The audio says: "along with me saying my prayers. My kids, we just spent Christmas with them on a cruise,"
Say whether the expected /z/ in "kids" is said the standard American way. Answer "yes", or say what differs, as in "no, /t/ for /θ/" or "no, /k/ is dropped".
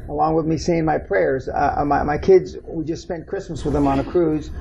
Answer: yes